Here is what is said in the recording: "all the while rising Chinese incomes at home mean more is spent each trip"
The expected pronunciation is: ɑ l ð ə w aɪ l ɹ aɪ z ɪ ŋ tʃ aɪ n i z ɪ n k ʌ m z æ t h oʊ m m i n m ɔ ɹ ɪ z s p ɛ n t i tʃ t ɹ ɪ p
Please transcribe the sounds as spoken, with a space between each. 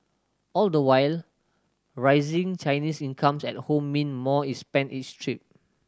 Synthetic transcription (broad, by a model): ɑ l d ə w aɪ l ɹ aɪ z ɪ ŋ tʃ aɪ n i s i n k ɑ m s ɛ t h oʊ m m i n m ɔ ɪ s p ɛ n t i s t ɹ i p